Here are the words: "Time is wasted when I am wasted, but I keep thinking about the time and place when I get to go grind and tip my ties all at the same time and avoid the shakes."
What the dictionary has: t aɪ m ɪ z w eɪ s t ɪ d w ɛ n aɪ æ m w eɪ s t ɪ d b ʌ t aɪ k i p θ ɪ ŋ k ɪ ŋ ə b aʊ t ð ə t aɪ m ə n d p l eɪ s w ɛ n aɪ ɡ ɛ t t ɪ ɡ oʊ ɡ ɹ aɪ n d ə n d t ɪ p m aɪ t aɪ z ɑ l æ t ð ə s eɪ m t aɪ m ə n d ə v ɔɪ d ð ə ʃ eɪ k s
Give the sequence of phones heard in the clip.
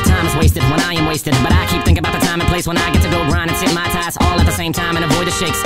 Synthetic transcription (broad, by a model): t aɪ m ɪ z w eɪ s t ɪ d w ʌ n aɪ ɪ m w eɪ s t ɪ d b ʌ t aɪ k i p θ ɪ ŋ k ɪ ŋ ə b aʊ t ð ə t aɪ m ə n p l eɪ s w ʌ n aɪ ɡ ɛ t t ɪ ɡ oʊ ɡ ɹ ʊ n ə n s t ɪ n m aɪ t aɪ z ɑ l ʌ t ð ə s eɪ m t aɪ m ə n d ə v ɔɪ d ð ə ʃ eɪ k s